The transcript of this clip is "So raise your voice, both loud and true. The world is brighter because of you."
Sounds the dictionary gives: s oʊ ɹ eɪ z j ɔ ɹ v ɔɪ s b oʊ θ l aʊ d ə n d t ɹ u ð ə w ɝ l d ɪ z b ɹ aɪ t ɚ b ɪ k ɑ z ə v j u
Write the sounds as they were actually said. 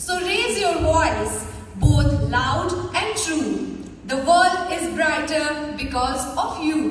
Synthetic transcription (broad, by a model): s oʊ ɹ eɪ z j ɔ ɹ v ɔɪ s b oʊ t l aʊ d ə n d t ɹ u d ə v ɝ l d ɪ z b ɹ aɪ t ɚ b ɪ k ɑ z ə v j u